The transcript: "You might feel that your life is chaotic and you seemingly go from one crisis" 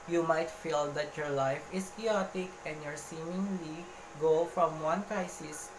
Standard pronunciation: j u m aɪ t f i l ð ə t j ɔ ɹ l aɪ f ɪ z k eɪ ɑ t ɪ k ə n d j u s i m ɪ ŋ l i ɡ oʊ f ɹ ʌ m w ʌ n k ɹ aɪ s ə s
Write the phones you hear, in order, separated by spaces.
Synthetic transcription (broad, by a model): j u m aɪ t f i l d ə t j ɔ ɹ l aɪ f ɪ s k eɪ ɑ t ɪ k ə n d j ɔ s i m ɪ ŋ l i ɡ oʊ f ɹ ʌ m w ʌ n k ɹ aɪ s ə s